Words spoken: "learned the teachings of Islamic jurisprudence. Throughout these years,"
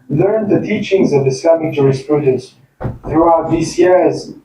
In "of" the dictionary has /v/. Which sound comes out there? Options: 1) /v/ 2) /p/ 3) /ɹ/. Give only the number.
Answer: 1